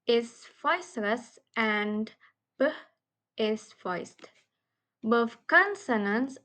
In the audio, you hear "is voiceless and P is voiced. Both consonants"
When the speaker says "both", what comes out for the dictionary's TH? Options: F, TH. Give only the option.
F